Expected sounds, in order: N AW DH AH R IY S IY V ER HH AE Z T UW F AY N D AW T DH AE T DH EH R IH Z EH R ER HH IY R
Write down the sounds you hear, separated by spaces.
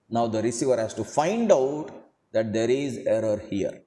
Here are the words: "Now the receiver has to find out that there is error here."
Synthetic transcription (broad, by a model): N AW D AH R IY S IY V ER HH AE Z T UW F AY N D AW T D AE T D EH R IH Z EH R ER HH IY R